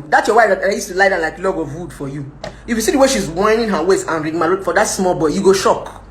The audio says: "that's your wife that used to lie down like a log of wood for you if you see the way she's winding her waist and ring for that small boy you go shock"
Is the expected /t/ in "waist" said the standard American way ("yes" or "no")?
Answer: no